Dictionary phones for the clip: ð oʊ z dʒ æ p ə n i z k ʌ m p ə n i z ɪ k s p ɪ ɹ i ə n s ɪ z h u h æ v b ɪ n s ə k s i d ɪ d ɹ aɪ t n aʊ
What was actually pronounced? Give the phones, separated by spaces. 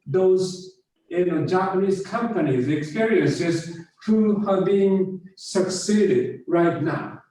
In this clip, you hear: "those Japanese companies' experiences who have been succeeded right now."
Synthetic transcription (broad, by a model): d oʊ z dʒ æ p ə n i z k ʌ m p ə n i z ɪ k s p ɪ ɹ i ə n s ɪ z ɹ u h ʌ b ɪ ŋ s ə k s i d ɪ d ɹ aɪ t n aʊ